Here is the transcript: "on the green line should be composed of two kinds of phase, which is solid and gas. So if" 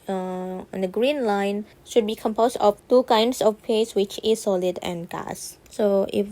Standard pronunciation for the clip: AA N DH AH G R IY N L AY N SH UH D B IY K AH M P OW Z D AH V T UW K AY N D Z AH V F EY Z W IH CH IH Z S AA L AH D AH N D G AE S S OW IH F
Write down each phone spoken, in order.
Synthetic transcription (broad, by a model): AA N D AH G R IY N L AY N SH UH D B IY K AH M P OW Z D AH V T UW K AY N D S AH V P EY S W IH CH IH S AA L AH D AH N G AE S S OW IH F